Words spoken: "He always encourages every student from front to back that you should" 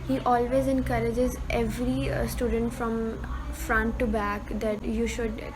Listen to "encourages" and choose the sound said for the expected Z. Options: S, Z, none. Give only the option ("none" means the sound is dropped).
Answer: Z